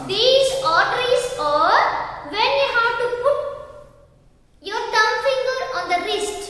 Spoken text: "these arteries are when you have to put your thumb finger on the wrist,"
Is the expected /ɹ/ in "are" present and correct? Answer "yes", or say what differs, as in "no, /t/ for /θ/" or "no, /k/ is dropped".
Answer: yes